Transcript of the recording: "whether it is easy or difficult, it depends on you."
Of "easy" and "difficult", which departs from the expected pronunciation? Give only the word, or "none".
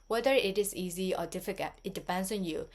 difficult